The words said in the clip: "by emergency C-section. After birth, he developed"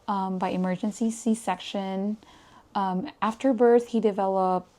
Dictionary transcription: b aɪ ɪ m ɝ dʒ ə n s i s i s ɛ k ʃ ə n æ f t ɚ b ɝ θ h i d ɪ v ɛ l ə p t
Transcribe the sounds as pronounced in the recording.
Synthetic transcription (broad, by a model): b aɪ ɪ m ɝ dʒ ə n s i s i s ɛ k ʃ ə n æ f t ɚ b ɝ θ h i d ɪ v ɛ l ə p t